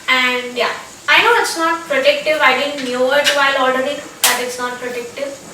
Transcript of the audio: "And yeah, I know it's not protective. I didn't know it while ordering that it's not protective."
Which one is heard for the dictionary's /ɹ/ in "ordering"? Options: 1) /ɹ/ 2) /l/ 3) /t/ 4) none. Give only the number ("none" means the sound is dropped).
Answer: 2